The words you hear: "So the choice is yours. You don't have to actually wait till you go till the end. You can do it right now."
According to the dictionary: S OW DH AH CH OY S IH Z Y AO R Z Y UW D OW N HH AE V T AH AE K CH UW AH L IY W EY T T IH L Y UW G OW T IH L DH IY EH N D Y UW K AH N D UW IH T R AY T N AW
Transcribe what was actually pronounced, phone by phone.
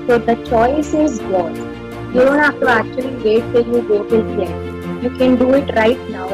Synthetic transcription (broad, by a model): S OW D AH CH OY S IH Z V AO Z Y UW D OW N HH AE F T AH AE K CH UW AH L IY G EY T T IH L Y UW G OW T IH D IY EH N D Y UW K AH N D UW IH T R AY T N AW